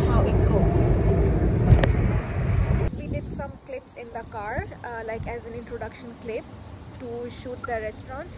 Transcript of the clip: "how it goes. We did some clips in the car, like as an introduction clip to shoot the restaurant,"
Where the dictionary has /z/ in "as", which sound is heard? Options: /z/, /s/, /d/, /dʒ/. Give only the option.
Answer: /z/